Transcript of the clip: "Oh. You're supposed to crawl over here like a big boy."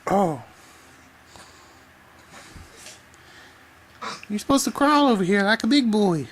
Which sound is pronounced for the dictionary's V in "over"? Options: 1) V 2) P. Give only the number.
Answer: 1